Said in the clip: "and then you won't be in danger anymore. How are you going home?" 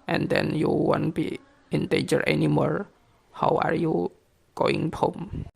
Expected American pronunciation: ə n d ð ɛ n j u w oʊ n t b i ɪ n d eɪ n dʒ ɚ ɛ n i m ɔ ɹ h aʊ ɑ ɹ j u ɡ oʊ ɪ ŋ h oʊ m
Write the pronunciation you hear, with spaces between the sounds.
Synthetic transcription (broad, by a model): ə n d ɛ n j u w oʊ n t b i ɪ n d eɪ dʒ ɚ ɛ n i m ɔ ɹ h aʊ ɑ ɹ j u ɡ oʊ ɪ ŋ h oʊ m